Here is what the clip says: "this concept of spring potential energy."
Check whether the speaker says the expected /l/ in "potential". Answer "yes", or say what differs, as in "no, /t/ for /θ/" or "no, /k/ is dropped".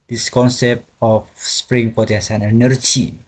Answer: no, /n/ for /l/